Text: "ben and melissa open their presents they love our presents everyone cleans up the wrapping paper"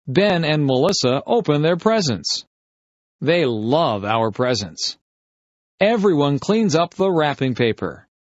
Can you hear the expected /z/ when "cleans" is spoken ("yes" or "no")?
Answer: yes